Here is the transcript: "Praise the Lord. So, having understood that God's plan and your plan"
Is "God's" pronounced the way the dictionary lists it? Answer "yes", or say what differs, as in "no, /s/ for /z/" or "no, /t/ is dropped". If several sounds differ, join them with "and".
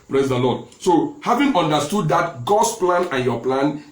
no, /s/ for /z/